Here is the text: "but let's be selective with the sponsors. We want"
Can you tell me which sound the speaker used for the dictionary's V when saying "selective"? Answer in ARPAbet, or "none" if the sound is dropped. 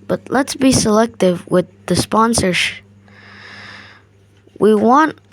V